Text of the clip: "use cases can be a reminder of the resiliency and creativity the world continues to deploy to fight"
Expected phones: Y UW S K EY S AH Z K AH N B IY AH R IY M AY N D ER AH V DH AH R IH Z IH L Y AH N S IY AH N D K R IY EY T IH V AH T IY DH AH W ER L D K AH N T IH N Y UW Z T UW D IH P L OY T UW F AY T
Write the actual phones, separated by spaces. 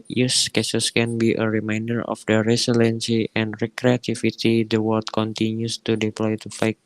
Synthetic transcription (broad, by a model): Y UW S K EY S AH S K AH N B IY AH R IY M AY N D ER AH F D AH R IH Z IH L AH N S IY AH N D K R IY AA T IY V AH T IY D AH W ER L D K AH N T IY N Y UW S T UW D IH P L OY T UW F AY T